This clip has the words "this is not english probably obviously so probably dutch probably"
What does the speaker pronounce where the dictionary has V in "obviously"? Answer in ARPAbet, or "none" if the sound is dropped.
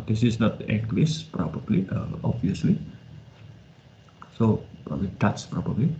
none